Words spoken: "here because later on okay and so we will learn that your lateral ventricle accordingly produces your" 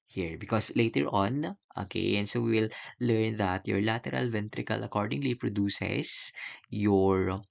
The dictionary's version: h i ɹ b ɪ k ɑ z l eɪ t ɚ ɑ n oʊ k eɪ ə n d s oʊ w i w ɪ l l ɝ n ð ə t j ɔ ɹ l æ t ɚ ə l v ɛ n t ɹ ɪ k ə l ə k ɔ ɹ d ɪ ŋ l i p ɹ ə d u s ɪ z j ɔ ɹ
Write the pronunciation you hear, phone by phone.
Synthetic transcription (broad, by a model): h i ɹ b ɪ k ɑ s l eɪ t ɚ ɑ n oʊ k eɪ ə n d s oʊ w i w ɪ l l ɝ n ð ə t j ɔ ɹ l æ t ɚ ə l v ɛ n t ɹ ɪ k ə l ə k ɔ ɹ d ɪ ŋ l i p ɹ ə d u s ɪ s j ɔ ɹ